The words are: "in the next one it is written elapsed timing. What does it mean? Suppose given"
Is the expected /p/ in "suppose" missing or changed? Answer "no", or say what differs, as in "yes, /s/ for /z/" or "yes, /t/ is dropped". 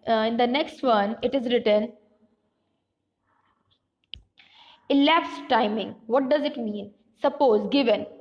no